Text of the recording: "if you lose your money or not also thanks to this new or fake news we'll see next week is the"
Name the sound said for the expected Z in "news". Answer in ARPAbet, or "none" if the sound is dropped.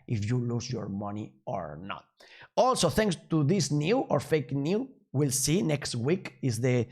none